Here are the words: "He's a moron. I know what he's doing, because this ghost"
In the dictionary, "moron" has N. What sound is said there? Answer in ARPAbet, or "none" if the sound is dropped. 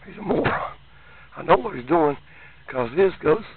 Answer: none